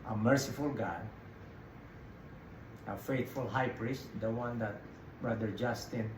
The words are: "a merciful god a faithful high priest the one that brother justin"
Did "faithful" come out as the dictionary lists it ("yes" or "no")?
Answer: no